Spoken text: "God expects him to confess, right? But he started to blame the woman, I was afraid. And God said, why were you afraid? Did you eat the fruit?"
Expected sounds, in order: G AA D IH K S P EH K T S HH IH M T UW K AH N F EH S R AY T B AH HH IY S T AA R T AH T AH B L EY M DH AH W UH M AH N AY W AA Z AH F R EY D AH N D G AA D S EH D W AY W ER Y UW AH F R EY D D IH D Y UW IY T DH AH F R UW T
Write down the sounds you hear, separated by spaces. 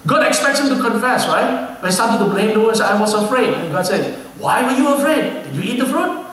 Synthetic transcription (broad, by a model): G AA D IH K S P EH K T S HH IH M T UW K AH N F EH S R AY T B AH S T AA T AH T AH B L EY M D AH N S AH IH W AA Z AH F R EY D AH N G AA D S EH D W AY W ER Y UW AH F R EY D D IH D Y UW IY T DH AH F R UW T